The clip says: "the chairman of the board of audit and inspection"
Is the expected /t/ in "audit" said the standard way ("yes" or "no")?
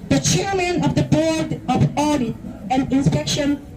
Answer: no